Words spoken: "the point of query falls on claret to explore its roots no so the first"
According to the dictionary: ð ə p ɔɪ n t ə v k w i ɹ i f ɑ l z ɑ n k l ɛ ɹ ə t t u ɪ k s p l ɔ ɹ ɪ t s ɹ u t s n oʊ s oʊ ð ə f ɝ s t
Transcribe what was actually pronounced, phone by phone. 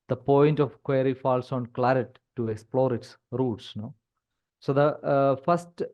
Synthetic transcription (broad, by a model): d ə p ɔɪ n t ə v k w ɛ ɹ i f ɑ l s ɑ n k l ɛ ɹ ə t t u ɪ k s p l ɔ ɹ ɪ t s ɹ u t s n oʊ s oʊ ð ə f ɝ s t